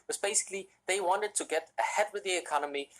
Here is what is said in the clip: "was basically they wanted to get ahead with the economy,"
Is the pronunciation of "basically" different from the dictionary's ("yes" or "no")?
no